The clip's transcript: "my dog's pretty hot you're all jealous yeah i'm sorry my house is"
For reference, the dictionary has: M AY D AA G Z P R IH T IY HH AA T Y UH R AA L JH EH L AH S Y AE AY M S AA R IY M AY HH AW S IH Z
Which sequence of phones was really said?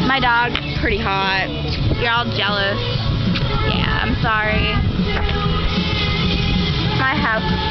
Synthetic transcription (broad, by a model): M AY D AA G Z P R IH T IY HH AA T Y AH R AA L JH EH L AH S Y AE AY M S AA R IY M AY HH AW IH